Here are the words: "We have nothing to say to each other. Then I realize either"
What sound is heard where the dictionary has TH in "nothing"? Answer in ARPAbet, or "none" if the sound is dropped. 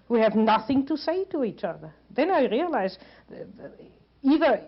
TH